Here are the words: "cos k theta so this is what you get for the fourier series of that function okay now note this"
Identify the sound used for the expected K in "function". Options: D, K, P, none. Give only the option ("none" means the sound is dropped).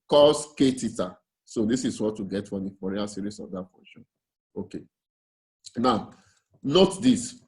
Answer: none